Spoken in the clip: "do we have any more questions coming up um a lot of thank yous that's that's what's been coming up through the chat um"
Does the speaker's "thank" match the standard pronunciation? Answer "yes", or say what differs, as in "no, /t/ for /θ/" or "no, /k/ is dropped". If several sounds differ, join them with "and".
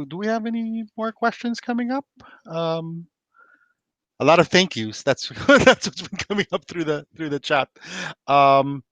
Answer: yes